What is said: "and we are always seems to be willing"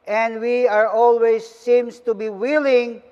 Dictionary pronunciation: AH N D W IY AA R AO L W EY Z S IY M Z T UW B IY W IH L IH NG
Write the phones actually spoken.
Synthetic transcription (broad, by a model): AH N D W IY AA R AO L W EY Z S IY M S T UW B IY W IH L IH NG